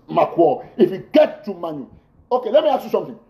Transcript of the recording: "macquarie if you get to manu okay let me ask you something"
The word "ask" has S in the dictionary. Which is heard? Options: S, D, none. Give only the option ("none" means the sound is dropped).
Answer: none